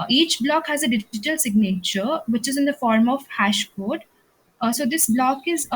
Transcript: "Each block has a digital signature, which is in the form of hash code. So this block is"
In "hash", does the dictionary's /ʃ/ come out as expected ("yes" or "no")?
yes